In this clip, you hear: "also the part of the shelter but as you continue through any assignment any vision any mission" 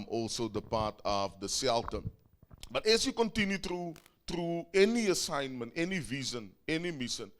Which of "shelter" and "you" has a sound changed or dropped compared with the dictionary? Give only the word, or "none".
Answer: shelter